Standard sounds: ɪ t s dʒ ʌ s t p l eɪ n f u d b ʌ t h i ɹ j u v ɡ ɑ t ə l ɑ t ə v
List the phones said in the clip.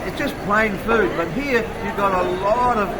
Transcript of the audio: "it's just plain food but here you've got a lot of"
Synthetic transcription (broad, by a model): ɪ t s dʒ ʌ s p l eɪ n f u d b ʌ t h i ɹ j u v ɡ ɑ t ə l ɑ t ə v